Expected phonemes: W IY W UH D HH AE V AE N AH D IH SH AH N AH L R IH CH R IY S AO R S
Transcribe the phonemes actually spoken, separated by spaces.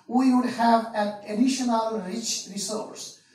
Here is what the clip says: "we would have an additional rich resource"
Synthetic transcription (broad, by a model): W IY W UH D HH AE V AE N AH D IH SH AH N AH L R IH CH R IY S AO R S